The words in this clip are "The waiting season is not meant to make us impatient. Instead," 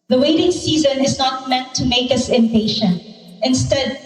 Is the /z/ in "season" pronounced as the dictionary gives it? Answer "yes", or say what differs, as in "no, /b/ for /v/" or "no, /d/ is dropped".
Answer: yes